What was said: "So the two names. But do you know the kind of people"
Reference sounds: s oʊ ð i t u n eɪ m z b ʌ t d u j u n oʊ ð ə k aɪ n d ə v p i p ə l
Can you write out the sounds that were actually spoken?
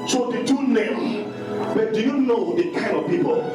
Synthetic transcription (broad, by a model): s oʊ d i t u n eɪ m b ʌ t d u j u n oʊ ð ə k aɪ n d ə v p i p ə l